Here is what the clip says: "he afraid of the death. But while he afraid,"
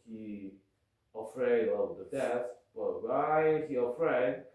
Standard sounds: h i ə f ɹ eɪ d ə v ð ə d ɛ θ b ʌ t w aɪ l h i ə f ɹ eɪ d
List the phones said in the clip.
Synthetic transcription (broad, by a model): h i ə f ɹ eɪ d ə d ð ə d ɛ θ b ʌ t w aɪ n h i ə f ɹ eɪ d